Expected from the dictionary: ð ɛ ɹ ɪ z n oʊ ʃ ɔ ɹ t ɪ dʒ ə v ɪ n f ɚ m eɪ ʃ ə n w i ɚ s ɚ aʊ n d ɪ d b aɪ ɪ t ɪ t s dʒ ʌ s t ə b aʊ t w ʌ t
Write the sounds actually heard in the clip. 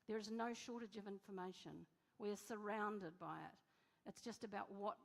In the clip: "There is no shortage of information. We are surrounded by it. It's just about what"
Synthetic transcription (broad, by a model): ð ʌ ɹ ɪ z n oʊ ʃ ɔ ɹ t ɪ dʒ ə v ɪ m f ɚ m eɪ ʃ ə n w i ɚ s ɚ aʊ n d ɪ d b aɪ ɪ t ɪ t s dʒ ʌ s t ə b aʊ t w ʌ t